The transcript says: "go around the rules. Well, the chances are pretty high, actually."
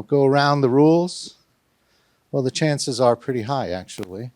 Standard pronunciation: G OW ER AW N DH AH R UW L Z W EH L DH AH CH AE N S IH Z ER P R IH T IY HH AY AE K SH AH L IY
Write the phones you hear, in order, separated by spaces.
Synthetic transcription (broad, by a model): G OW ER AW N DH AH R UW L Z W EH L DH AH CH AE N S IH Z ER P R IH T IY HH AY AE K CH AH L IY